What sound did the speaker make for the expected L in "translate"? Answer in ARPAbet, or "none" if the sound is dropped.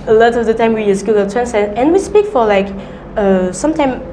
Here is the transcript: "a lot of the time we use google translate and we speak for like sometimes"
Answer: none